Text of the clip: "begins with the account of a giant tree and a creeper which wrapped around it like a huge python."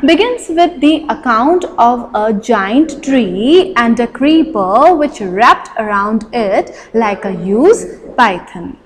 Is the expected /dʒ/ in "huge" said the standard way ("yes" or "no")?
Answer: no